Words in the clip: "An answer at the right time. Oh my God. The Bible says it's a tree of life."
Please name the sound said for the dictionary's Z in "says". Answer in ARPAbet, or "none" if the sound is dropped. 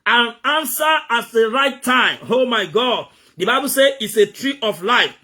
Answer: none